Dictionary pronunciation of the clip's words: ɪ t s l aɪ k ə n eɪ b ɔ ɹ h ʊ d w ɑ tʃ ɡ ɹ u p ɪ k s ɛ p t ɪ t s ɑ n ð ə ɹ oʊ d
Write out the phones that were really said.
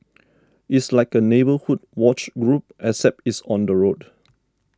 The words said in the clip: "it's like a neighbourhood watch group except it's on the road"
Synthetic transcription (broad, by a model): ɪ t s l aɪ k ə n eɪ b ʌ h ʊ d w ɑ tʃ ɡ ɹ u p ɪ s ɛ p ɪ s ɑ n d ə ɹ oʊ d